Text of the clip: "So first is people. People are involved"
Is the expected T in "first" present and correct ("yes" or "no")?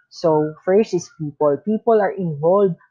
no